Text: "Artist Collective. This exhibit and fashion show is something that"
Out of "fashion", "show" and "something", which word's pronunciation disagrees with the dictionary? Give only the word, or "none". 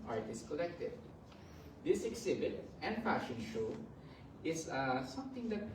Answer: something